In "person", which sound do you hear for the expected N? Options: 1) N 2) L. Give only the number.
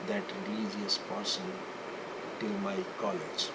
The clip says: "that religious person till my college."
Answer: 2